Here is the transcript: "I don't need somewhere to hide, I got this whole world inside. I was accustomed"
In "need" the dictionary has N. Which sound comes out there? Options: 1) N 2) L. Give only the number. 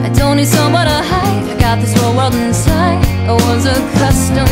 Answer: 2